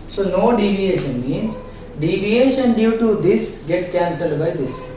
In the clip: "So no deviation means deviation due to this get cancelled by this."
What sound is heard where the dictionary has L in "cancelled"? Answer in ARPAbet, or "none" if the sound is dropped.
L